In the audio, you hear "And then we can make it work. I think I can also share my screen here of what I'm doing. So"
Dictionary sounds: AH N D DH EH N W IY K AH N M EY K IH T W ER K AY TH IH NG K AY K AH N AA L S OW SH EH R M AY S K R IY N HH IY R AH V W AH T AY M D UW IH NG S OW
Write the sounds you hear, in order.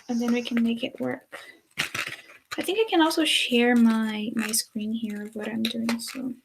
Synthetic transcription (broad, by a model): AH N DH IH N W IY K AH N M EY K IH T W ER K AY TH IH NG K AY K AH N AA L S OW SH EH R M AY S K R IY N HH IY R AH V W AH T AY M D UW IH NG S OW